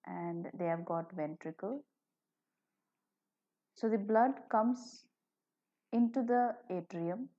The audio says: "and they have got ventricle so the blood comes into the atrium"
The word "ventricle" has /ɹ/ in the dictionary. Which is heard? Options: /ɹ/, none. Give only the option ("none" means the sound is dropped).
/ɹ/